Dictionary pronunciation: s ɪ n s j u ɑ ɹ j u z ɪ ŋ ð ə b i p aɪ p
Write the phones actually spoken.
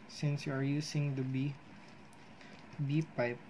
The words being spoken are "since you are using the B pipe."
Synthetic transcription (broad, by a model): s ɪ n s j u ɑ ɹ j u s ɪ ŋ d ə b i p aɪ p